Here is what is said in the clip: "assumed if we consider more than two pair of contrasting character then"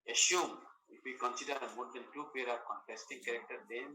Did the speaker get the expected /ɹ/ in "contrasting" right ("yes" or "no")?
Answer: no